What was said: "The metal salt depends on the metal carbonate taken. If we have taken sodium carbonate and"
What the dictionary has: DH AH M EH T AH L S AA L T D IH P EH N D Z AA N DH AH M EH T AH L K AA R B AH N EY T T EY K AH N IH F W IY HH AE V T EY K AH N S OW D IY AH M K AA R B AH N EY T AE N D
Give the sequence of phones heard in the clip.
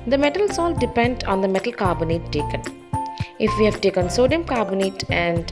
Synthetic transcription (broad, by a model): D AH M EH T AH L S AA L D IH P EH N D AA N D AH M EH T AH L K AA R B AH N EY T T EY K AH N IH F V IY HH AE V T EY K AH N S OW D IY AH M K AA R B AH N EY T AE N D